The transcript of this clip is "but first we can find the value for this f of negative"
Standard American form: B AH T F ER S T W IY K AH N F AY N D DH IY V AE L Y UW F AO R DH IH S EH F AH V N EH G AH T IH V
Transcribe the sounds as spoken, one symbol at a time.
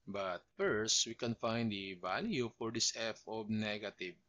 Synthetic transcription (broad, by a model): B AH T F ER S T W IY K AH N F AY N D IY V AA L Y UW F AO R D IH S EH F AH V N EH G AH T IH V